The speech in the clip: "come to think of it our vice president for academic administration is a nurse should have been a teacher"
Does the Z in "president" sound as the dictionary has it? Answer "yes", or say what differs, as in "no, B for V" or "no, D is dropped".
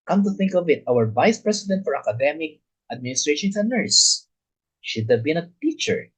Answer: no, S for Z